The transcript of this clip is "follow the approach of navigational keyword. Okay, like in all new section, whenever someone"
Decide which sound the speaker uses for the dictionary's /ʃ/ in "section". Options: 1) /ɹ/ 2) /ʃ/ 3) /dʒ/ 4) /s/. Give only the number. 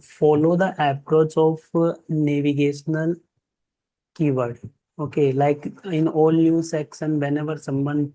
4